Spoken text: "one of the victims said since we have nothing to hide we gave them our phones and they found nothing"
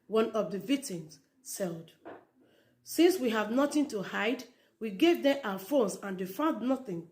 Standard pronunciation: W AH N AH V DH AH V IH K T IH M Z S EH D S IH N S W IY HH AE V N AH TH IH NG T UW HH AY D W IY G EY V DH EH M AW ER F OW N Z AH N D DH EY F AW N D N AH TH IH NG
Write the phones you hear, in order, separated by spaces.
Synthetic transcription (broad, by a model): W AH N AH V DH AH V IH T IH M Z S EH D S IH N S W IY HH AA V N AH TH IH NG T UW HH AY D W IY G EY V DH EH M AW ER F OW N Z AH N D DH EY F AW N D N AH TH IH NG